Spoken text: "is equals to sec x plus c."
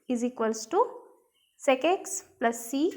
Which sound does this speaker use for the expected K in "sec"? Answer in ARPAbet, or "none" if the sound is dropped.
K